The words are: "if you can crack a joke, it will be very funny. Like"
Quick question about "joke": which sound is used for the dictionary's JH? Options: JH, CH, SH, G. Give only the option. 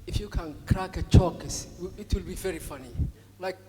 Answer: CH